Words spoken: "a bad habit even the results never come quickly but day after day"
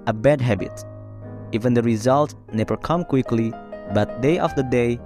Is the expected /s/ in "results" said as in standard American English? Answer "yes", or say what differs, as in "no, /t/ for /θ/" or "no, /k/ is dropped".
no, /s/ is dropped